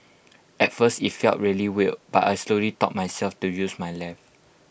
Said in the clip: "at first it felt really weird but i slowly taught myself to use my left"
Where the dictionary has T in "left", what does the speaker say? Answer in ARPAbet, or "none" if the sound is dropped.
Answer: none